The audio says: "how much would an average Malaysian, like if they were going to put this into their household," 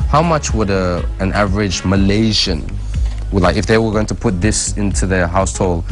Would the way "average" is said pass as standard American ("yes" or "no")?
yes